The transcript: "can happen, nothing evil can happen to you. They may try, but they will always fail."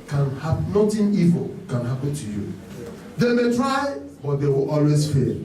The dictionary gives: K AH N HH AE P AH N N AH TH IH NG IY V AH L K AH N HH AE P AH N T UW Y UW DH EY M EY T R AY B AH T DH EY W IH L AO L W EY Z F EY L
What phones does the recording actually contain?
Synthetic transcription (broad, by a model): K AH N HH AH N N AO T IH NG IY V AH L K AH N HH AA P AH N T UW Y UW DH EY M EY T R AY B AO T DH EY W IH L AO L W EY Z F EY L